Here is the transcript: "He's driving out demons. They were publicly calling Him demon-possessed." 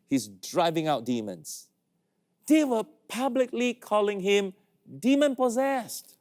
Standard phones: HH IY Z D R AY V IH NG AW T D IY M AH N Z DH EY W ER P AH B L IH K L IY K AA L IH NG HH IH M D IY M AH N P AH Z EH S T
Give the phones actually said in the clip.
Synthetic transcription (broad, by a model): HH IY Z D R AY V IH NG AW T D IY M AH N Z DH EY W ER P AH B L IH K L IY K AA L IH NG HH IH M D IY M AH N P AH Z EH S T